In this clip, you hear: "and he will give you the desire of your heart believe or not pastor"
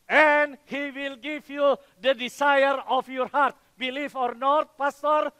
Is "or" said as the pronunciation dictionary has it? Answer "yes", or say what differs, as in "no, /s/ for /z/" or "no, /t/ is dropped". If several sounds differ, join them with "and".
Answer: yes